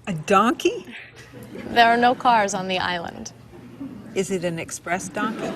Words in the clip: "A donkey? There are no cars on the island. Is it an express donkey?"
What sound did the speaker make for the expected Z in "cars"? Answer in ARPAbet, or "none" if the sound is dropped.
Z